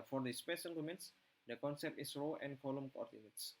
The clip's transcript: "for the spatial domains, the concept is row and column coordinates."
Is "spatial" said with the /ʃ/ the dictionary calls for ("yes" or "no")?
no